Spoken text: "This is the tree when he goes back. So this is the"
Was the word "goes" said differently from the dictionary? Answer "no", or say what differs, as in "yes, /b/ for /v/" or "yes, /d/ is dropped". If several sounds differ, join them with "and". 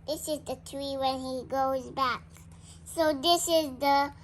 no